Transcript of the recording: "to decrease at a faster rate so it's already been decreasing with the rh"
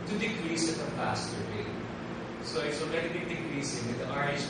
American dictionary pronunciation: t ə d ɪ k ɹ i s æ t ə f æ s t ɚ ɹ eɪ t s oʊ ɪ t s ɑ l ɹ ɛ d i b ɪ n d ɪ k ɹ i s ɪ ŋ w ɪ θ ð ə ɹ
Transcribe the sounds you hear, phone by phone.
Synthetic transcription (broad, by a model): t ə d ɪ k ɹ i s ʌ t ə p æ s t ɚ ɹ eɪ s oʊ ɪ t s ɑ l ɹ ɛ d i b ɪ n d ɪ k ɹ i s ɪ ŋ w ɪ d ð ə ɹ